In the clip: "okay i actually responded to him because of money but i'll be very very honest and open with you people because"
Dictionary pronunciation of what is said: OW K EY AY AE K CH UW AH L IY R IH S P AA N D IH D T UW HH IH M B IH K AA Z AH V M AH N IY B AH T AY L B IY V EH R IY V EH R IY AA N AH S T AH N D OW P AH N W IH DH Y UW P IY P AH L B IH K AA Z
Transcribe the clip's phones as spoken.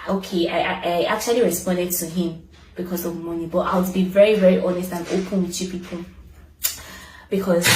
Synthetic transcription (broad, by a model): OW K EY AY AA K CH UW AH L IY R IH S P AA N D IH D T UW HH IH M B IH K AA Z AH V M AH N IY B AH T AY W B IY V EH R IY V EH R IY AA N AH S T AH N OW P AH N W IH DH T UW P IY P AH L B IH K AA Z